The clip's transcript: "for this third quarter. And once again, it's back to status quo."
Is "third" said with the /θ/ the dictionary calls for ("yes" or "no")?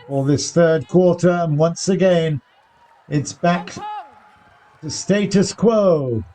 yes